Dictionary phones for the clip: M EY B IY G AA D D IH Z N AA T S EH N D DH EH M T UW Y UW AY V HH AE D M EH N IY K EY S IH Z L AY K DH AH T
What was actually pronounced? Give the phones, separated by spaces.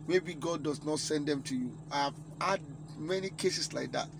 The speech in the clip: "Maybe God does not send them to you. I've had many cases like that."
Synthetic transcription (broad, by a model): M EY B IY G AA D D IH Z N AA T S EH N D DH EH M T UW Y UW AY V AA D M EH N IY K EY S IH S L AY K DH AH T